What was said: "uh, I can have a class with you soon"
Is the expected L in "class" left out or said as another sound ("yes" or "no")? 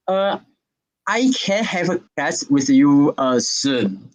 yes